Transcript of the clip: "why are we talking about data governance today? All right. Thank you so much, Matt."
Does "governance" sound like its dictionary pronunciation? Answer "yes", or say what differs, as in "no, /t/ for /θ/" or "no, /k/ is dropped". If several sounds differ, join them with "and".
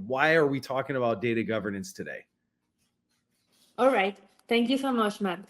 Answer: yes